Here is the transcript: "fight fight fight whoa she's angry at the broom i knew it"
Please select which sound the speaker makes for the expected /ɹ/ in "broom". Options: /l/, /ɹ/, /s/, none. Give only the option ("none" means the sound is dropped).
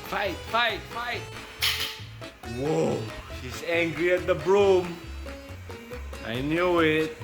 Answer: /ɹ/